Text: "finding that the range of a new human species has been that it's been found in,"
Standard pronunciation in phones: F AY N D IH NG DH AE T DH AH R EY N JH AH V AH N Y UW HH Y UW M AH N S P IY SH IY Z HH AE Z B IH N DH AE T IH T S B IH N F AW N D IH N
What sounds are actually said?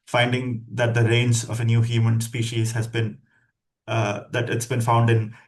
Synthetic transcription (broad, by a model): F AY N D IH NG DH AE T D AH R EY N Z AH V AH N Y UW HH Y UW M AH N S P IY SH IY Z HH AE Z B IH N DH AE T IH T S B IH N F AW N D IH N